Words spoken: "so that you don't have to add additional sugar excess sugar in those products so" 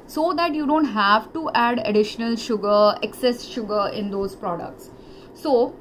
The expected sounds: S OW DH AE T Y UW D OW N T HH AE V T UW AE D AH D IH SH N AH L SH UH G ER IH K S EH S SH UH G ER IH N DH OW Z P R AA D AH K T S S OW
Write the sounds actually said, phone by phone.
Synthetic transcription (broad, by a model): S OW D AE T Y UW D OW N T HH AE V T UW AE D AH D IH SH N AH L SH UH G ER IH K S EH S SH UH G ER IH N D OW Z P R AA D AH K T S S OW